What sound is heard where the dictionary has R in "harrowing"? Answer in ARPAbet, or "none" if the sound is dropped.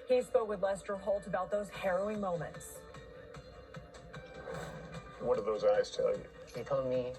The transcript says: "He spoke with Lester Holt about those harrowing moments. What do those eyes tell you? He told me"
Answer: R